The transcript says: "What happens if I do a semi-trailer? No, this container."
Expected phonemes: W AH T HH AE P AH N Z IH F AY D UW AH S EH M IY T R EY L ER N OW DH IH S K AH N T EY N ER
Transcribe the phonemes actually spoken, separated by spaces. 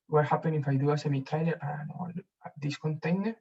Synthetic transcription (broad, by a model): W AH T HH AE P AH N IH F AY D UW AH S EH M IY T EY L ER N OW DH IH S K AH N T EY N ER